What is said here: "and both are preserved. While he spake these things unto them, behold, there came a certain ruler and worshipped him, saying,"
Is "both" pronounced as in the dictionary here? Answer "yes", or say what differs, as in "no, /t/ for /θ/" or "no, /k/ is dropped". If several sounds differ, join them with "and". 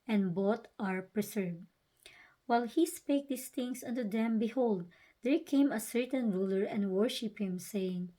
no, /t/ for /θ/